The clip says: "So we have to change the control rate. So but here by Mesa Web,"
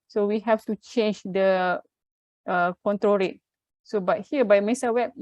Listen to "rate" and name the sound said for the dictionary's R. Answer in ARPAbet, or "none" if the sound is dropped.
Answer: R